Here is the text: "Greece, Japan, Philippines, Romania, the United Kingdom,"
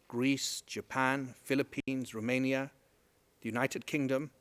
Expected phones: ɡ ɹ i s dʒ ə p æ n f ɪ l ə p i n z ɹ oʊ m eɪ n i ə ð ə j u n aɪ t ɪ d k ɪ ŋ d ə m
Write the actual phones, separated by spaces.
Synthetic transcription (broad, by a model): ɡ ɹ i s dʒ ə p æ n f ɪ l ə p i n z ɹ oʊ m eɪ n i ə ð ə j u n aɪ t ɪ d k ɪ ŋ d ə m